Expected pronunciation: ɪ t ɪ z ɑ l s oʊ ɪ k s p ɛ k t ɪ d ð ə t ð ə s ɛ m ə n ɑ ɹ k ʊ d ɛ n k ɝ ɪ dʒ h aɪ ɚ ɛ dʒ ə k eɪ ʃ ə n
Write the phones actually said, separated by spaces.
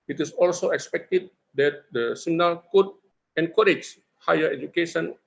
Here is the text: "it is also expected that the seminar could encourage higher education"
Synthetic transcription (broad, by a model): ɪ t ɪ s ɑ l s oʊ ɪ k s p ɛ k t ɪ d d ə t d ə s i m n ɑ l k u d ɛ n k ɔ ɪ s h aɪ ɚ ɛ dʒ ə k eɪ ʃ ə n